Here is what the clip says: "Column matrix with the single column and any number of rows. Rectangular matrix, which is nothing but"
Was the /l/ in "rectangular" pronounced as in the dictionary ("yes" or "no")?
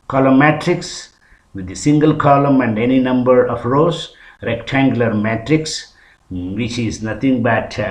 yes